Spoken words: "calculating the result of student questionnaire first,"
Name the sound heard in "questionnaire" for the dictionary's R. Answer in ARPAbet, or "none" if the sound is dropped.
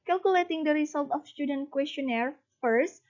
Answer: R